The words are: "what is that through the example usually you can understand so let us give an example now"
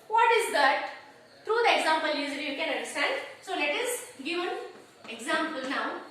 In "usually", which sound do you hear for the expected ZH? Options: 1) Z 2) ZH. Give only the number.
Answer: 1